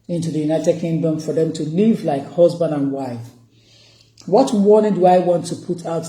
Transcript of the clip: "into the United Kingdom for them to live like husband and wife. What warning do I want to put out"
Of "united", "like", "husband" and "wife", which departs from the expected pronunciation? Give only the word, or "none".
none